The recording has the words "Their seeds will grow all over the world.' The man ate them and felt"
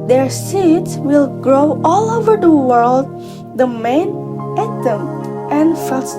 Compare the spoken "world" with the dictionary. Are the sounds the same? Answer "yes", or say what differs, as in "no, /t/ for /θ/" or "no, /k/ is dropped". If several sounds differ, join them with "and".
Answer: yes